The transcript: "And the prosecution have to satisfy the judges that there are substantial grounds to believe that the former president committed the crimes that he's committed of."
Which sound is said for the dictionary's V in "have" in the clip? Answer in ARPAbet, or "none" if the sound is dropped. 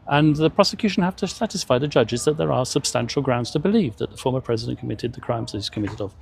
F